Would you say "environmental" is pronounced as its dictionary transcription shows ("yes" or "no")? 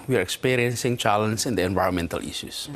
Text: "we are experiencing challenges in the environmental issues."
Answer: yes